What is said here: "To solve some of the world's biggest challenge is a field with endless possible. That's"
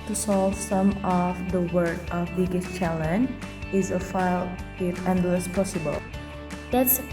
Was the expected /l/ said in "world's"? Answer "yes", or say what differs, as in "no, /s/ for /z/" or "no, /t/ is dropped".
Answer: no, /l/ is dropped